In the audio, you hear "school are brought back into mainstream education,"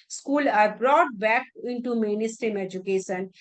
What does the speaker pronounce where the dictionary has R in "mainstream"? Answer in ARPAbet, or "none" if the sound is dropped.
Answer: none